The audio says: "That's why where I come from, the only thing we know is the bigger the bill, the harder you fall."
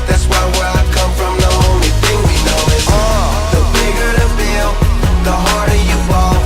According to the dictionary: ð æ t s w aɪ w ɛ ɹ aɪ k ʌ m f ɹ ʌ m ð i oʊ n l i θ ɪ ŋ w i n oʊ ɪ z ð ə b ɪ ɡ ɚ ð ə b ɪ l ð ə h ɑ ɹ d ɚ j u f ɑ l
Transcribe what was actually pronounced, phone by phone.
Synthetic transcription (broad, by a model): ð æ t s w aɪ w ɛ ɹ aɪ k ʌ m f ɹ ʌ m ð i oʊ n l i θ ɪ ŋ w i n oʊ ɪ ð ə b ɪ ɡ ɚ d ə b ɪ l ð ə h ɑ ɹ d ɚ j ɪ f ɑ